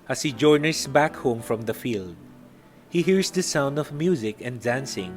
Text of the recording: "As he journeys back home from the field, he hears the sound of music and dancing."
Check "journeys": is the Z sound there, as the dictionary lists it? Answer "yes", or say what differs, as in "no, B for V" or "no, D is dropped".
no, S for Z